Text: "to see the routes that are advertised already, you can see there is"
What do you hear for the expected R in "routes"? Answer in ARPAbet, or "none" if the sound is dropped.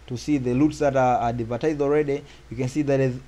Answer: L